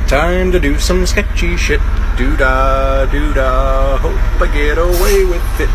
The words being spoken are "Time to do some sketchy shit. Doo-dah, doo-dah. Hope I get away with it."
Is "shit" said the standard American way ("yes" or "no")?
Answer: yes